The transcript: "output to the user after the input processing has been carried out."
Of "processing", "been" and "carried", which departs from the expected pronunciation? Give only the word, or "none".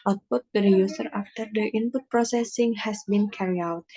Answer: carried